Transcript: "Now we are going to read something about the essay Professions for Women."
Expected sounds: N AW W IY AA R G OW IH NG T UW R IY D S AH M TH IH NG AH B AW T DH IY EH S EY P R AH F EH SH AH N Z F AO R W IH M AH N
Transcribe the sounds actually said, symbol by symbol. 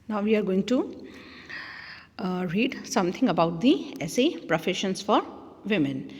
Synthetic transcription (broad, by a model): N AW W IY AA R G OW IH NG T UW R IY D S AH M T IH NG AH B AW T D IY EH S EY P R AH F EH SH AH N S F AO R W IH M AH N